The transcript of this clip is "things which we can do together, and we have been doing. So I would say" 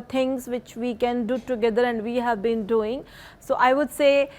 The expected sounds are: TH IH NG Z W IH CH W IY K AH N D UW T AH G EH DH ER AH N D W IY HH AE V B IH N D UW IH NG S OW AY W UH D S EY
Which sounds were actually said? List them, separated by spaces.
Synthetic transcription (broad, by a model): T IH NG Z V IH CH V IY K AH N D UW T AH G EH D ER AH N D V IY HH AE V B IH N D UW IH NG S OW AY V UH D S EY